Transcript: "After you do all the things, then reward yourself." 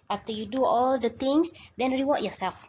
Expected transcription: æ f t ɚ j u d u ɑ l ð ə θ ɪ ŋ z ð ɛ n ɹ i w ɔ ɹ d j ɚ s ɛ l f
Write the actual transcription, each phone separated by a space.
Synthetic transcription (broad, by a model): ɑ f t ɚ j u d u ɑ l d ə t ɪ ŋ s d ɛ n ɹ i w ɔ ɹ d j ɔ s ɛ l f